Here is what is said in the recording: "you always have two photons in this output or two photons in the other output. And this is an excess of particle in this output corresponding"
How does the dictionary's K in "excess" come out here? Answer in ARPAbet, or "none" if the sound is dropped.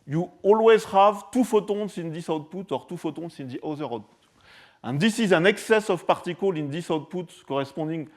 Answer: K